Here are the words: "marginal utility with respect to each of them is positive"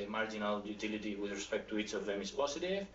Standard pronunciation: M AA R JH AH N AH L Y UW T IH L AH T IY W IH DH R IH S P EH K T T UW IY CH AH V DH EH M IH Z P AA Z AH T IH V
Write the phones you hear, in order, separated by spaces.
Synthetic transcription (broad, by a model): M AA R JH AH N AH L Y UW T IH L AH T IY W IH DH R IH S P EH K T T UW IY CH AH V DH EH M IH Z P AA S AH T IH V